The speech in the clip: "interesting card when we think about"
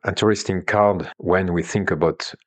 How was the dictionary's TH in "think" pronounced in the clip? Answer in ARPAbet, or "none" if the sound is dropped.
TH